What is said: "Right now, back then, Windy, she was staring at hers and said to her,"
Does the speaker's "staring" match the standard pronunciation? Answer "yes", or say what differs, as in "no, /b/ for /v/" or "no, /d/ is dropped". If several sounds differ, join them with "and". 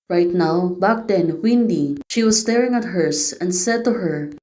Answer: yes